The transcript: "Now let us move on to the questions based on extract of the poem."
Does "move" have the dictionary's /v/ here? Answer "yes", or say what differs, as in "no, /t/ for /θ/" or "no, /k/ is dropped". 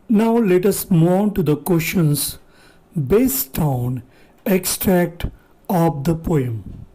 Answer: no, /v/ is dropped